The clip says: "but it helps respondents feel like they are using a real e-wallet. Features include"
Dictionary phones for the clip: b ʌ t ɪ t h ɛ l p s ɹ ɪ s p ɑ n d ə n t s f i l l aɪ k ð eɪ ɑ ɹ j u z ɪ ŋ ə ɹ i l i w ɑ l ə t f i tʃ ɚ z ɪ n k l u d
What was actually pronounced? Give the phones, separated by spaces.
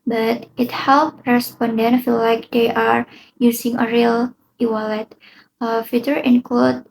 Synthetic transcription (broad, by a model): b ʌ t ɪ t h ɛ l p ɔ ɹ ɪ s p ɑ n d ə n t f i l l aɪ k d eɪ ɑ ɹ j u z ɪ ŋ ə ɹ i l i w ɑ l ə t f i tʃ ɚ ɪ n k l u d